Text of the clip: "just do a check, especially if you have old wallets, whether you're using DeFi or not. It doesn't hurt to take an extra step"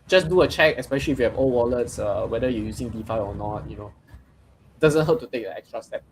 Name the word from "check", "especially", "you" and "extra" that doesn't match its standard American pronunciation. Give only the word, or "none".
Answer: none